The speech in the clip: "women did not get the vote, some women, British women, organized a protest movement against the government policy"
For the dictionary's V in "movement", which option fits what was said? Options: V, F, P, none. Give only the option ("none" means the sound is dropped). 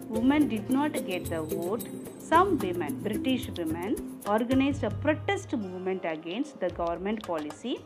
V